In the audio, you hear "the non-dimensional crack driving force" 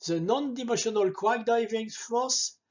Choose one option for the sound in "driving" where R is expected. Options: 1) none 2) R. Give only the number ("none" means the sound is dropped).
1